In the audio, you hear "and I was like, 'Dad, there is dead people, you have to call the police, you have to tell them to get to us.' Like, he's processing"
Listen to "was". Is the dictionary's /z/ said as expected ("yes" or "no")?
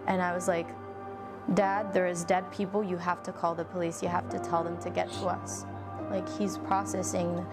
yes